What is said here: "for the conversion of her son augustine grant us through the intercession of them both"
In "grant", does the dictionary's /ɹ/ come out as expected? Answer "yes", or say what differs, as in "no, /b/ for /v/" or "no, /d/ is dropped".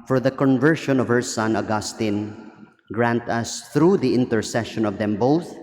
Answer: yes